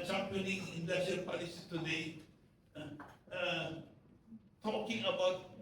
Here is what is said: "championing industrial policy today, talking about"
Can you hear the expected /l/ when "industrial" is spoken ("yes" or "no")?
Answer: no